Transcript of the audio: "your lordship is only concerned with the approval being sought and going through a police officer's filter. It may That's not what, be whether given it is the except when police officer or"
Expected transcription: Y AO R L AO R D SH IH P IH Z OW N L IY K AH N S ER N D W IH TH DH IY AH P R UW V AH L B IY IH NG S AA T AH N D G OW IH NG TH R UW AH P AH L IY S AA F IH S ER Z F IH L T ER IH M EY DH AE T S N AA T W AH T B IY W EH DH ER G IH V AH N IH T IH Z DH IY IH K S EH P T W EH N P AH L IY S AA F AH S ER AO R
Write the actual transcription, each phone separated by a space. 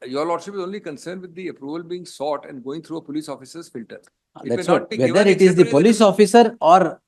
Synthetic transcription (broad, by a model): Y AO R L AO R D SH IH P IH Z OW N L IY K AH N S ER N D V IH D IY AH P R UW V AH L B IY IH NG S AA T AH N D G OW IH NG T R UW AH P AH L IY S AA F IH S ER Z F IH L T ER IH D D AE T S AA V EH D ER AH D IH T IH Z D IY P P AH L IY S AA F AH S ER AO R